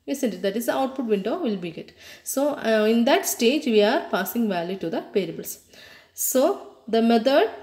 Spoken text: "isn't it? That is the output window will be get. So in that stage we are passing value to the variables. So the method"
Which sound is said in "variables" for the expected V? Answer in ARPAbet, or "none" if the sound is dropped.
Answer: P